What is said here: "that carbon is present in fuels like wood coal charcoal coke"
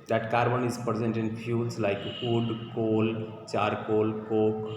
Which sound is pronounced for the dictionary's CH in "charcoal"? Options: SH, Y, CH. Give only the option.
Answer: CH